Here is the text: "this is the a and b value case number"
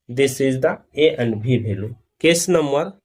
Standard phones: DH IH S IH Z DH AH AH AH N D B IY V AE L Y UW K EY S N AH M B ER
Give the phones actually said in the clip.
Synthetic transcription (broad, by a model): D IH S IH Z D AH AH AH N D B IY B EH L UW K EY S N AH M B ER